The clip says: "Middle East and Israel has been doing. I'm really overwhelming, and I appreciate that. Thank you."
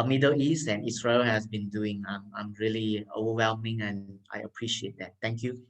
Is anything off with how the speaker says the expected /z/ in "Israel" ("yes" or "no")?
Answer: yes